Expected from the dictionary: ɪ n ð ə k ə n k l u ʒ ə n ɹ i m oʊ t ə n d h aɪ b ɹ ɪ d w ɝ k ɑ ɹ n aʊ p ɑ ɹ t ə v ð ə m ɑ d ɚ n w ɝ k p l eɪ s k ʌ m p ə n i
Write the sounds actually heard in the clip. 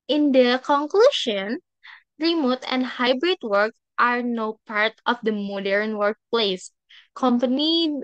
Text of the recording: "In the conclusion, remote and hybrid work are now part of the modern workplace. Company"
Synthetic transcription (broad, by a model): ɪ n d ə k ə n k l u ʃ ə n ɹ i m oʊ t ə n d h aɪ b ɹ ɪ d w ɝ k ɑ ɹ n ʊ p ɑ ɹ t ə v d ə m ɑ d ɚ n w ɝ k p l eɪ s k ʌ m p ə n i